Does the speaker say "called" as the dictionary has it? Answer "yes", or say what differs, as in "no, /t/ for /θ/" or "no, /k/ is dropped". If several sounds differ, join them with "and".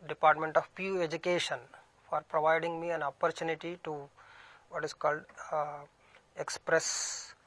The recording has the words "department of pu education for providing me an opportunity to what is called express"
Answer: yes